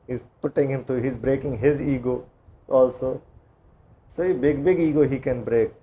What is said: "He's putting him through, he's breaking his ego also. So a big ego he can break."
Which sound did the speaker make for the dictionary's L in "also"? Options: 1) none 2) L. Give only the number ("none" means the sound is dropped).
2